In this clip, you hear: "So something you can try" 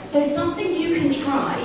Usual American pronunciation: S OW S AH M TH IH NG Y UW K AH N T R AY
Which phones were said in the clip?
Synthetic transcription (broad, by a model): S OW S AH M TH IH NG Y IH K AH N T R AY